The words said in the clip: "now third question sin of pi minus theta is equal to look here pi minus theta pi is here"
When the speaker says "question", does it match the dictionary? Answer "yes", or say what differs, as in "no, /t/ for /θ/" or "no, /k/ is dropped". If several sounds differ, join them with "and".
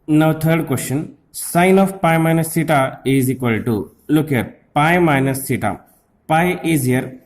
yes